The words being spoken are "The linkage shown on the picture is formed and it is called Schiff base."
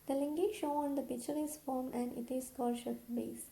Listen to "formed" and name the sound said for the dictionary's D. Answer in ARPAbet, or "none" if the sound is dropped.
none